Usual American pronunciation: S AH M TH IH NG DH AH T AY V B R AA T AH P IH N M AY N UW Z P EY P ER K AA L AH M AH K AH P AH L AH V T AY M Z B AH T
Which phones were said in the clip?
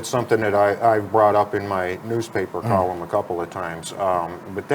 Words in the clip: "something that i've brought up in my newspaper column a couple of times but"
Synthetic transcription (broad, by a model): S AH M TH IH NG DH AH T AY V B R AA T AH P IH N M AY N UW Z P EY P ER K AA L AH M AH K AH P L AH V T AY M Z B AH T